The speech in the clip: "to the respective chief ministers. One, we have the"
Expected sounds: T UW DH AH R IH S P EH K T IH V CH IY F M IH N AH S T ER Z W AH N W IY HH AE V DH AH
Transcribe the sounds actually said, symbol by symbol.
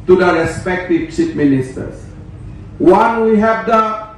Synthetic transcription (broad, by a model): T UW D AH R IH S P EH K T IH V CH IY P M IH N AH S T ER S W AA N W IY HH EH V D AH